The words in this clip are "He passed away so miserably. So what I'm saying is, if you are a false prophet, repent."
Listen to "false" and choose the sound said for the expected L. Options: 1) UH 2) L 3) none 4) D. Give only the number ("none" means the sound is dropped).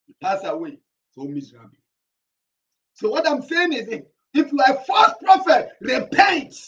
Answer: 3